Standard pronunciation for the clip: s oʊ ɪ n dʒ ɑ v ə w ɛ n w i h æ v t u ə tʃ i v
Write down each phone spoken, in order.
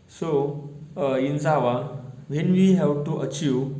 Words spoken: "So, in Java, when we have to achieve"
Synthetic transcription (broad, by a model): s oʊ ɪ n z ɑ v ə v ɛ n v i h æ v t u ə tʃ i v